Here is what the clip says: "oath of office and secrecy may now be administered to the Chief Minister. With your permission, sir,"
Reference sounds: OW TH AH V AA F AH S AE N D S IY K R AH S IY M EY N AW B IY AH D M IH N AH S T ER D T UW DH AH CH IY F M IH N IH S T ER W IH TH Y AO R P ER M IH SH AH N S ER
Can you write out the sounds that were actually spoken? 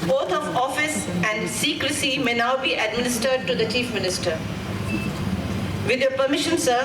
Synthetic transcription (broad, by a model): OW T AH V AA F AH S AE N D S IY K R AH S IY M EY N AW B IY AH D M IH N AH S T ER D T UW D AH CH IY F M IH N IH S T ER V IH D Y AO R P ER M IH SH AH N S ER